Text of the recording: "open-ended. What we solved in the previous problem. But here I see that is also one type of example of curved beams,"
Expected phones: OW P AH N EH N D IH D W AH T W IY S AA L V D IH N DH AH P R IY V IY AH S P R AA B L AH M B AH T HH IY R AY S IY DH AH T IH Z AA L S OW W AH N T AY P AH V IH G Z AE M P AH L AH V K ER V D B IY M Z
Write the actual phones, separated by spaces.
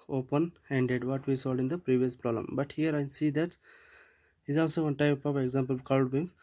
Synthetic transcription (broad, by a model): OW P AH N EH N D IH D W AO T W IY S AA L D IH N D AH P R IY V IY AH S P R AA B L AH M B AH T HH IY R AY S IY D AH T IH Z AA L S OW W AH N T AY P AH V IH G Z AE M P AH L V K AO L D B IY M